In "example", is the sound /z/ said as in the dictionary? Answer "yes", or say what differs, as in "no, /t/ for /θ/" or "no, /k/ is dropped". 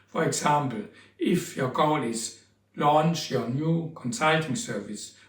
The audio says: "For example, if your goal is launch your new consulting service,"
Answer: no, /s/ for /z/